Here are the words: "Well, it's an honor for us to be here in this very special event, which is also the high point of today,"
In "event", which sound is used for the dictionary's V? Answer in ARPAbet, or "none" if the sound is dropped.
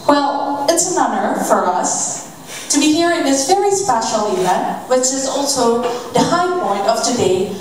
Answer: none